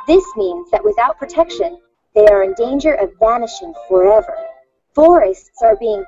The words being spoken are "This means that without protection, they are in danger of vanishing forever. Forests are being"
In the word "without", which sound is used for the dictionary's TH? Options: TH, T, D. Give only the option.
TH